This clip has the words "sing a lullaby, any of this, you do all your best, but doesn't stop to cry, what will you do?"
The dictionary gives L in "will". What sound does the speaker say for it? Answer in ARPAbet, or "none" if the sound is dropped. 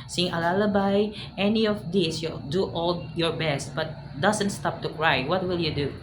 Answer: L